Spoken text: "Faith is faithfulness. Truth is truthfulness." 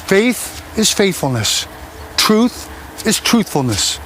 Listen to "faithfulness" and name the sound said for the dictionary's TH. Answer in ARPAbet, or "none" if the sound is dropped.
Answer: TH